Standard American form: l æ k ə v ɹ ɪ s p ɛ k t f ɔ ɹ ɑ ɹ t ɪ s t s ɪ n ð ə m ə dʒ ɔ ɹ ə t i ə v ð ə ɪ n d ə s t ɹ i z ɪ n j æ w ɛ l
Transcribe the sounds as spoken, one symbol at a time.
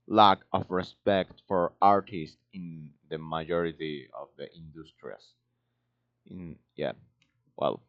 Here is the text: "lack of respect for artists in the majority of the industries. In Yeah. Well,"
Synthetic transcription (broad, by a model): l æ k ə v ɹ ɪ s p ɛ k t f ɔ ɹ ɑ ɹ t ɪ s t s ɪ n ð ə m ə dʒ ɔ ɹ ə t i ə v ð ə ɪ n d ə s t ɹ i s ɪ n j æ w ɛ l